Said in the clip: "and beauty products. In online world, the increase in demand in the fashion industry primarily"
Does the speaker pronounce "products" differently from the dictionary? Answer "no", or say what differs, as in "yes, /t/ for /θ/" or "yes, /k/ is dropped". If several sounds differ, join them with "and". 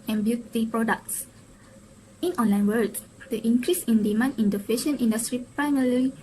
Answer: no